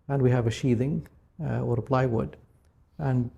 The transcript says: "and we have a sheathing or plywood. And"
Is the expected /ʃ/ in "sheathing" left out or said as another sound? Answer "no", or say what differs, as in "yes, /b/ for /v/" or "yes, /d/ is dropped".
no